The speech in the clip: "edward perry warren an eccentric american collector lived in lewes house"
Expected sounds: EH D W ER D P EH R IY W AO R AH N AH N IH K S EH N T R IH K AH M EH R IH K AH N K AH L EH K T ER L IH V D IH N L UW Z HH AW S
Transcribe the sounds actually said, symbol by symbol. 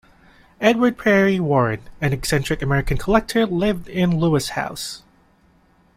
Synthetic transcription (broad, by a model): EH D W ER D P EH R IY W AO R AH N AH N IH K S EH N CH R IH K AH M EH R IH K AH N K AH L EH K T ER L IH V D IH N L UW S HH AW S